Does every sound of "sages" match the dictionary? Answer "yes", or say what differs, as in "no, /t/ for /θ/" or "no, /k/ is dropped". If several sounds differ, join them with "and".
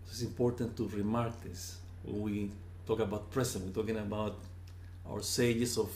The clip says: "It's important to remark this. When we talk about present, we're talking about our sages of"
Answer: no, /s/ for /z/